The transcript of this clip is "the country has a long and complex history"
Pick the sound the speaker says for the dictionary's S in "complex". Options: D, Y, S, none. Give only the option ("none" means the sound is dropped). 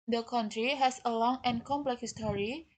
none